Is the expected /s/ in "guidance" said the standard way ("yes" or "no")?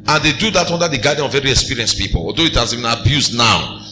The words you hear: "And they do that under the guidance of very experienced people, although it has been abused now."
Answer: no